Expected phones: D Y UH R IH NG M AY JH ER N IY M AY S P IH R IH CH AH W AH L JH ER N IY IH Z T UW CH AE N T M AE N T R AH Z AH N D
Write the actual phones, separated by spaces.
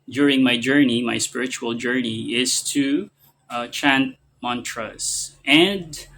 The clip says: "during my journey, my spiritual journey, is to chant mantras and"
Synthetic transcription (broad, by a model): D Y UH R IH NG M AY JH ER N IY M AY S P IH R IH CH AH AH L JH ER N IY IH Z T UW CH AE N T M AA N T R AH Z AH N D